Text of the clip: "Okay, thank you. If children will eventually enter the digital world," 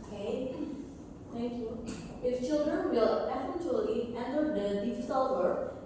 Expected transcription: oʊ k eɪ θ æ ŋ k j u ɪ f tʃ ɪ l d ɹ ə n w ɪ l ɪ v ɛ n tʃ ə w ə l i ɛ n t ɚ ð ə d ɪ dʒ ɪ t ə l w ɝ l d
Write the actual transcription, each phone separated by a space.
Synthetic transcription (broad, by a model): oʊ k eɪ t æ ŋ k j u ɪ f tʃ ɪ l d ɹ ə n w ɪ l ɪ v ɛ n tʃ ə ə l i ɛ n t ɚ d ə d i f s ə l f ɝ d